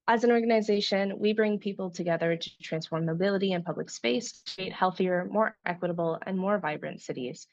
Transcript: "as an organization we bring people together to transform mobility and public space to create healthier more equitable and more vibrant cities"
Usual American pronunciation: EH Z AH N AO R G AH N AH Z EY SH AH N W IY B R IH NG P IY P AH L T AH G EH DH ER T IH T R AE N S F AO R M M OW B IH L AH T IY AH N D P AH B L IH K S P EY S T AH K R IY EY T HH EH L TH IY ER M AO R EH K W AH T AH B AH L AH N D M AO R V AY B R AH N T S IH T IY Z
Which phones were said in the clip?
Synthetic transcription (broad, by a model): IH Z AH N AO R G AH N AH Z EY SH AH N W IY B R IH NG P IY P L T AH G EH DH ER T IH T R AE N S F AO R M M OW B IH L AH T IY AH N P AH B L IH K S P EY S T K R IY EY T HH EH L TH IY ER M AO R EH K W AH T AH B L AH N M AO R V AY B R AH N T S IH T IY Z